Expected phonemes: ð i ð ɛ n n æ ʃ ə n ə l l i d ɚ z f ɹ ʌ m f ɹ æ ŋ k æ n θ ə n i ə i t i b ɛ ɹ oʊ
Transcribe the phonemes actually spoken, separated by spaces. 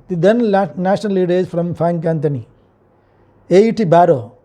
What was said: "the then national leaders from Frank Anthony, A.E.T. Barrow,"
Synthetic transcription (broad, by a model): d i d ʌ n n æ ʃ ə n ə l l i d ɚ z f ɹ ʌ m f æ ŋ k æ n t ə n i ə i t i b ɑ ɹ oʊ